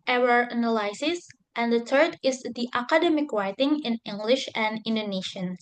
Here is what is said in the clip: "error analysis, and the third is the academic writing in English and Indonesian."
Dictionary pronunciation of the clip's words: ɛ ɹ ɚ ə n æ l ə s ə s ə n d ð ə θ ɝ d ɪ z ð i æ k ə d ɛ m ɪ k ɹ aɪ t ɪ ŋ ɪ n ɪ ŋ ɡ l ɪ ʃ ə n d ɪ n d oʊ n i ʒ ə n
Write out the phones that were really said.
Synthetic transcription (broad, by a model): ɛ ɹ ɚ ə n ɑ l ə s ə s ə n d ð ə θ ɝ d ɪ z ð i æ k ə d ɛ m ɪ k ɹ aɪ t ɪ ŋ ɪ n ɪ ŋ ɡ l ɪ ʃ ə n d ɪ n d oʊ n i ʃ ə n